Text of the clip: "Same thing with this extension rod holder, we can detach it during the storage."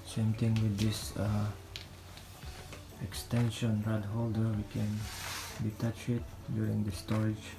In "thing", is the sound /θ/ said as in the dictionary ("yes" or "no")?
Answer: no